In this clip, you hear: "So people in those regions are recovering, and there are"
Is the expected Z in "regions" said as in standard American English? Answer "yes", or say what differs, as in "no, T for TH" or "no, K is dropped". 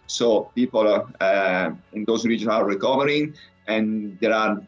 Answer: no, Z is dropped